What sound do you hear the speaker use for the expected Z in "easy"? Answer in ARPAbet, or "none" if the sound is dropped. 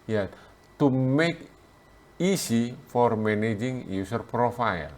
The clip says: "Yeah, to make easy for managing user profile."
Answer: S